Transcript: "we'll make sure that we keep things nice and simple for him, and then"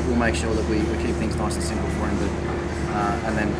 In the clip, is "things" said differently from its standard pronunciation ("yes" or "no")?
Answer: no